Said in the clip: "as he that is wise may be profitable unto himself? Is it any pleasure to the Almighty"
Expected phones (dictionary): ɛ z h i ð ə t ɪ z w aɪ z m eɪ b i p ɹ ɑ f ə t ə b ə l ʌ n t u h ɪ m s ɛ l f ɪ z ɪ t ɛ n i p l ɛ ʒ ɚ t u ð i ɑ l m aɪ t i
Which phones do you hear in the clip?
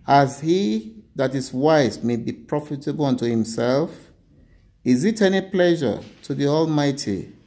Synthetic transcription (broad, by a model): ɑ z h i ð ə t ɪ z w aɪ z m eɪ b i p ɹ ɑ f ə t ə b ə l ʌ n t u h ɪ m s ɛ l f ɪ z ɪ t ɛ n i p l ɛ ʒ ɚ t u ð i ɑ l m aɪ t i